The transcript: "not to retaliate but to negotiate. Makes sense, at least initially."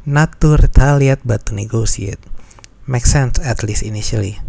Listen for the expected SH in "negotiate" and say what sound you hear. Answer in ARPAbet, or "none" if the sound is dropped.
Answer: S